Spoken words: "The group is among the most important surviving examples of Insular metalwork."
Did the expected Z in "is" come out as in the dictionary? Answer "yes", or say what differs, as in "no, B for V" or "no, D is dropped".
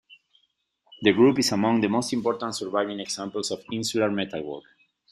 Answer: no, S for Z